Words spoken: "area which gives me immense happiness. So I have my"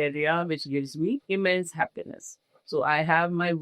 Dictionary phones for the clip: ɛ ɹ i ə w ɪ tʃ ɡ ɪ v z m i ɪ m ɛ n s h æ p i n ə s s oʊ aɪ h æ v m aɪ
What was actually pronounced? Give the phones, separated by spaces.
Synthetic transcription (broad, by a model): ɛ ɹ i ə w ɪ tʃ ɡ ɪ v z m i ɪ m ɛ n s h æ p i n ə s s oʊ aɪ h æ v m aɪ